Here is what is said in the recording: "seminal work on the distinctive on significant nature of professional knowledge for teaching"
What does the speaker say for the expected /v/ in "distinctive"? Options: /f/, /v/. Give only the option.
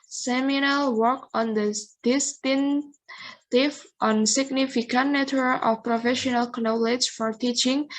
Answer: /f/